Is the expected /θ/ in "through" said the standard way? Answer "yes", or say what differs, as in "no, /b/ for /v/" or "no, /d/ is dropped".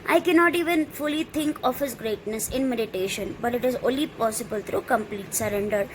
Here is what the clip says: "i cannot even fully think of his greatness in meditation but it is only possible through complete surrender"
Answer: no, /t/ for /θ/